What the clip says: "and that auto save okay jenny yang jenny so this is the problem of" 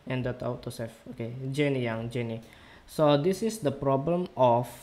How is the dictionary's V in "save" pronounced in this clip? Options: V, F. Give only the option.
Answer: F